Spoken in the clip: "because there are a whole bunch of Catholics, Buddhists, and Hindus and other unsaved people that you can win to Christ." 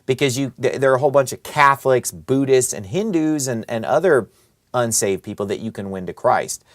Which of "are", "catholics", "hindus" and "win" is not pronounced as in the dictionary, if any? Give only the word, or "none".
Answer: none